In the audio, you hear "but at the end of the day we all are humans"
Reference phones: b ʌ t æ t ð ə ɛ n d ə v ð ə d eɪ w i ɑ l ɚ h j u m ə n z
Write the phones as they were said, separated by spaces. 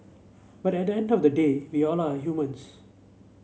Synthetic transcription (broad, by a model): b ʌ t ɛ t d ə ɛ n d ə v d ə d eɪ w i ɑ l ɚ h j u m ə n s